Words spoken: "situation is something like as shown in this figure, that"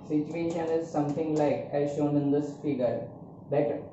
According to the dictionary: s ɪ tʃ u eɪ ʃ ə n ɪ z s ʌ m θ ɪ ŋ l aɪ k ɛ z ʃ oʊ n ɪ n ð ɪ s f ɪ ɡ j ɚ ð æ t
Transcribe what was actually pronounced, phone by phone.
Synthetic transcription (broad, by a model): s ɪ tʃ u eɪ ʃ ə n ɪ z s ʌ m t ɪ ŋ l aɪ k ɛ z ʃ oʊ n ɪ n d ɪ s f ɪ ɡ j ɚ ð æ t